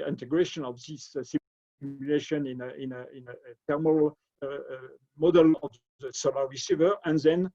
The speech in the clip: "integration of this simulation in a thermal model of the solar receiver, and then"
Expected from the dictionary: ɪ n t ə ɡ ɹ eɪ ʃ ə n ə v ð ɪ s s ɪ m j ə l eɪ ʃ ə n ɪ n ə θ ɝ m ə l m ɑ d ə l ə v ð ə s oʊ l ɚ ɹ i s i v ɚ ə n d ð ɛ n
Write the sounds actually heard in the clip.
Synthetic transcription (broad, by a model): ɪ n t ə ɡ ɹ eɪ ʃ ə n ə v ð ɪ s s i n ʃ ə n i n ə n ɪ n ə t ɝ m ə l m ɑ d ə l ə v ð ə s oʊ l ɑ ɹ i s i v ɚ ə n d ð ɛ n